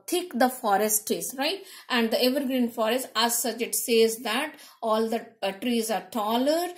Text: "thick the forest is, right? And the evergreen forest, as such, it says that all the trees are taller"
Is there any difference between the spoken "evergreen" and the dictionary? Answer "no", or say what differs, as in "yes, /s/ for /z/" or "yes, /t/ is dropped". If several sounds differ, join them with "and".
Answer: no